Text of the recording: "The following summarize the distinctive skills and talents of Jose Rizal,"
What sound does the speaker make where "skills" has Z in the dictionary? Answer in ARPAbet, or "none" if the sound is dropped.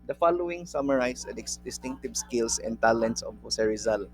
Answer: S